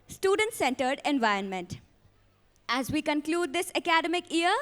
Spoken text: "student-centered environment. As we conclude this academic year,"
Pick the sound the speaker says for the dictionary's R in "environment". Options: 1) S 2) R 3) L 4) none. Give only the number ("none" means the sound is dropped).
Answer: 2